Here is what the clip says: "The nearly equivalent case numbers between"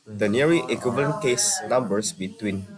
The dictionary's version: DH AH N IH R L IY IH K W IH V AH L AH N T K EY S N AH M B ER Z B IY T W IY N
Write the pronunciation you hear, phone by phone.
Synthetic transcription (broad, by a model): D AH N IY R IY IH K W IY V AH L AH N K EY S N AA M B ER S B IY T W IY N